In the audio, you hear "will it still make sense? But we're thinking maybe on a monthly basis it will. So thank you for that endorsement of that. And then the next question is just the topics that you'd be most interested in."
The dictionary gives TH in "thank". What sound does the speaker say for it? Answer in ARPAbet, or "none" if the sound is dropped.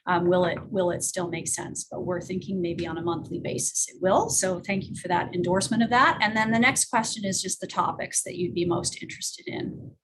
TH